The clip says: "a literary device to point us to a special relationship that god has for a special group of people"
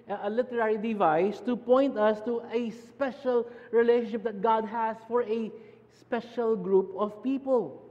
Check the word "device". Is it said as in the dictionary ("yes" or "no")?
yes